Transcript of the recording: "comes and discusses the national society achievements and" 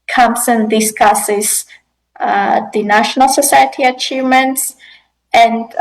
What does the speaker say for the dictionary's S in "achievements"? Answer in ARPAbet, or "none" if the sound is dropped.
S